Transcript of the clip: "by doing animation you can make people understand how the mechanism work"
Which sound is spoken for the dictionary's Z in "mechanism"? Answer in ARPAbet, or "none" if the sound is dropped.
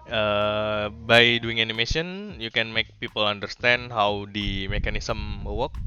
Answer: S